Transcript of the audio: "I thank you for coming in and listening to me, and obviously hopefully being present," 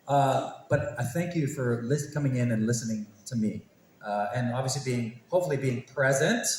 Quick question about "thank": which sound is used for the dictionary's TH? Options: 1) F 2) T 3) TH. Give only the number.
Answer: 3